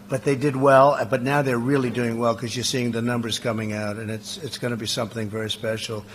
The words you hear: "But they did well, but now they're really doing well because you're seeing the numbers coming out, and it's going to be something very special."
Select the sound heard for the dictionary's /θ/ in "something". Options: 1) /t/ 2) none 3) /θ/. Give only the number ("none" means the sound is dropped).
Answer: 3